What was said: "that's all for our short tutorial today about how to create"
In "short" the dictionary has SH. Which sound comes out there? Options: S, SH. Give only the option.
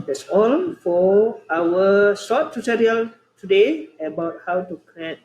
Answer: S